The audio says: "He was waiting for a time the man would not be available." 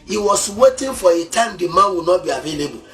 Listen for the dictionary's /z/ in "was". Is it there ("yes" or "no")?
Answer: no